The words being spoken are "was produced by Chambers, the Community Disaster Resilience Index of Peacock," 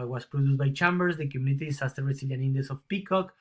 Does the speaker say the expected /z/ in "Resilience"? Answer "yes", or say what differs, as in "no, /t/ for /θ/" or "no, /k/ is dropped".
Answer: no, /s/ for /z/